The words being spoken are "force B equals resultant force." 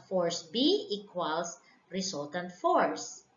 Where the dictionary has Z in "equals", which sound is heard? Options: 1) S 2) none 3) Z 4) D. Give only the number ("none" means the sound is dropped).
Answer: 1